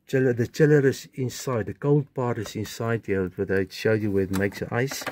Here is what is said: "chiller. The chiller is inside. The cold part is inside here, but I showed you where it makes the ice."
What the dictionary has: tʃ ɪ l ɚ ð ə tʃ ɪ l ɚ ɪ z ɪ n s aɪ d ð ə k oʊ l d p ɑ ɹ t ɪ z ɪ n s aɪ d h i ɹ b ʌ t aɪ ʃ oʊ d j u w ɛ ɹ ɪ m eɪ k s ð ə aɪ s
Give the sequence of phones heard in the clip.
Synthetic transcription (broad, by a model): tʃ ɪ l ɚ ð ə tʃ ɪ l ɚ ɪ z ɪ n s aɪ d ð ə k oʊ l d p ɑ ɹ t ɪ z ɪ n s aɪ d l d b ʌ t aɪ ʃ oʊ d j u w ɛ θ m eɪ k s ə aɪ s